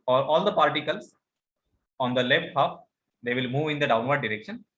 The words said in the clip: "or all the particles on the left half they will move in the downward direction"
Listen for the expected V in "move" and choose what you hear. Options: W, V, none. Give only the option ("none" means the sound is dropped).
V